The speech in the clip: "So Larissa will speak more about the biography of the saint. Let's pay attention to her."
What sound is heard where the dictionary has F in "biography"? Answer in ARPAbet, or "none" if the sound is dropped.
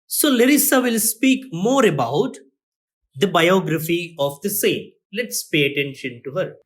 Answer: F